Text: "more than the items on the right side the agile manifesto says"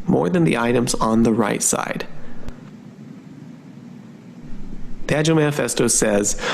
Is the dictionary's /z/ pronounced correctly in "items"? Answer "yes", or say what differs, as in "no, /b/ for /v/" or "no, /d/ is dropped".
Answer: yes